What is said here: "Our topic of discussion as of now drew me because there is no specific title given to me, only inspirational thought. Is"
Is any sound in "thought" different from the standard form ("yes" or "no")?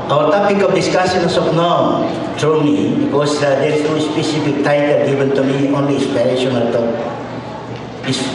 yes